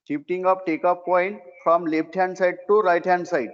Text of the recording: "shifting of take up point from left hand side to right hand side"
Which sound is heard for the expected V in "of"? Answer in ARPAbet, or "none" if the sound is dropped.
P